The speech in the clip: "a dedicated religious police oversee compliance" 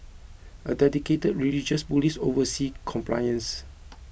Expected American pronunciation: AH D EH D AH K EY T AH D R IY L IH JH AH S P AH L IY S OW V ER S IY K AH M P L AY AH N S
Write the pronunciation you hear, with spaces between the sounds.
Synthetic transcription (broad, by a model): AH D EH D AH K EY T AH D R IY L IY JH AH S B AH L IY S OW V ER S IY K AH M P L AY AH N S